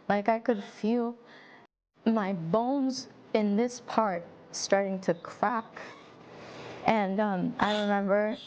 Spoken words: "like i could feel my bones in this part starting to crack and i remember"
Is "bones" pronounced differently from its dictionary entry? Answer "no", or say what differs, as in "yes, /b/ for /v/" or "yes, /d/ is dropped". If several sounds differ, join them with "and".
no